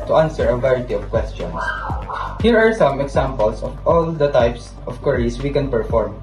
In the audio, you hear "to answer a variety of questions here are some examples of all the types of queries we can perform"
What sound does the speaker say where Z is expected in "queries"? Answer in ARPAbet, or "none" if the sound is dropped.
S